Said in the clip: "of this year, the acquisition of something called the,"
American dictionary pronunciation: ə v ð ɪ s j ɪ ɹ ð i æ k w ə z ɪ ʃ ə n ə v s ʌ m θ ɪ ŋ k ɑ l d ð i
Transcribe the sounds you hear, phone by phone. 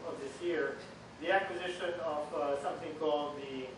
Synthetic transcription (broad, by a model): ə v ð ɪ s j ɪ ɹ ð i æ k w ə z ɪ ʃ ə n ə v s ʌ m θ ɪ ŋ k ɑ l d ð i